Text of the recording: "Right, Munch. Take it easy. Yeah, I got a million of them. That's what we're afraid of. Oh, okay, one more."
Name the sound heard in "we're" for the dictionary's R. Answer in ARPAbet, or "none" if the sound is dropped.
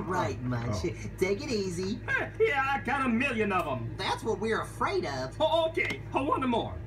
R